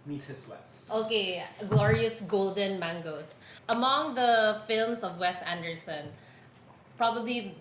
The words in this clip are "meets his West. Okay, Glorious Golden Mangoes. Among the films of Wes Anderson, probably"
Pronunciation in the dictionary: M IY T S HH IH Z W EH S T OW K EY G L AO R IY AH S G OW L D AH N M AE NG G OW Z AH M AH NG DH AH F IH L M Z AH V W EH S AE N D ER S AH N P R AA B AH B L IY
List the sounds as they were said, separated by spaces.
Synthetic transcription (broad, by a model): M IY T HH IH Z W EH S T OW K EY G L AO R IY AH S G OW L D AH N M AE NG G OW S AH M AH NG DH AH F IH L M S AH V W EH S AE N D ER S AH N P R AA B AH B L IY